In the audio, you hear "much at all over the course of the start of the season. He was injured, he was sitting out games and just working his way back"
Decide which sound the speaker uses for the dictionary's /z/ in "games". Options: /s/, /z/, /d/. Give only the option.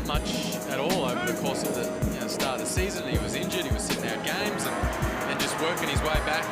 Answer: /z/